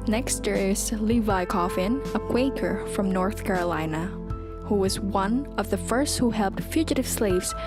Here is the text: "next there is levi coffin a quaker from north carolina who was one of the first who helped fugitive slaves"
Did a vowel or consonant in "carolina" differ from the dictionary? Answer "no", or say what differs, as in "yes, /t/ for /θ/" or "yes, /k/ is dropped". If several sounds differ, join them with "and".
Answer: no